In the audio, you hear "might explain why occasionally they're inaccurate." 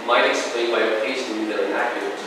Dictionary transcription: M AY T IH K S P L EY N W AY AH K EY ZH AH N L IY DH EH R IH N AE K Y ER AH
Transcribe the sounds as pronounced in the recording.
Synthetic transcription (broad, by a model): M AY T IH K S P L EY N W AY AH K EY S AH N IY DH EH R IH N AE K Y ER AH